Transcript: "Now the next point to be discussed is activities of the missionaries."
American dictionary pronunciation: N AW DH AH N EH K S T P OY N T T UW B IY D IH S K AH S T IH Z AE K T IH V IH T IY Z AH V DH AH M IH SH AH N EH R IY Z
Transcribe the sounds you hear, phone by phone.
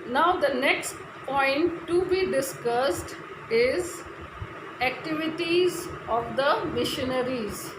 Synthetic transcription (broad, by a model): N AW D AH N EH K S T P OY N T T UW B IY D IH S K AH S T IH Z AE K T IH V IH T IY Z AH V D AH M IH SH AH N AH R IY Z